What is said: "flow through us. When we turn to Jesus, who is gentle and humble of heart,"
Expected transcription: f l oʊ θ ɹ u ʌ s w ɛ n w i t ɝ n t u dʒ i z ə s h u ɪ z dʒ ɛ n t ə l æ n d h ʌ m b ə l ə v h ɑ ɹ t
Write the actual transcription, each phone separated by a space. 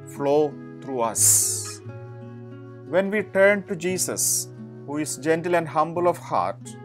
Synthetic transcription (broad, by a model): f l oʊ t ɹ u ʌ s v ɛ n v i t ɝ n t u dʒ i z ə s h u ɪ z dʒ ɛ n t ə l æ n d h ʌ m b ə l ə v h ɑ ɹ t